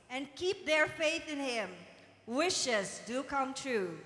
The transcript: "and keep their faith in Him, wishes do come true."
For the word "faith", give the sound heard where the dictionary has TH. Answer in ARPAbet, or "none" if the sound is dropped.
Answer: TH